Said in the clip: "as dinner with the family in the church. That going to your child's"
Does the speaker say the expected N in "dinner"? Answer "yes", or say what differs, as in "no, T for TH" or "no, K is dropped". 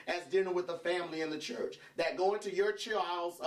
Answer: no, L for N